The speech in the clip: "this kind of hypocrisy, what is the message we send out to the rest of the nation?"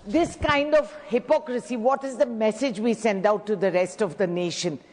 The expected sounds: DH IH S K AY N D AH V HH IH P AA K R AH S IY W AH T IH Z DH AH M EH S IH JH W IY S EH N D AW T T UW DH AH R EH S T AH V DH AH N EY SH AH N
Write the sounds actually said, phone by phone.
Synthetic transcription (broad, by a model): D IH S K AY N D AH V HH IH P AA K R AH S IY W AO T IH Z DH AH M EH S IH JH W IY S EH N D AW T T UW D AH R EH S T AH V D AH N EY SH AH N